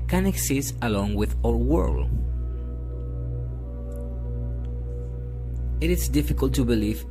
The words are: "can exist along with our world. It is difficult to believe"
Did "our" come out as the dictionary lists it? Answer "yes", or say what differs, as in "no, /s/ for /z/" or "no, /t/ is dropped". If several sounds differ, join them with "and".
no, /l/ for /ɹ/